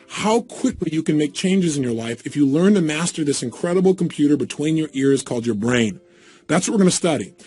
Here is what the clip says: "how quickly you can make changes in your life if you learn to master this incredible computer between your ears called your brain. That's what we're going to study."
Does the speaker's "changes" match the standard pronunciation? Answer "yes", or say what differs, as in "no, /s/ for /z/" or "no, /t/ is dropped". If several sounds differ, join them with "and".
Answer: yes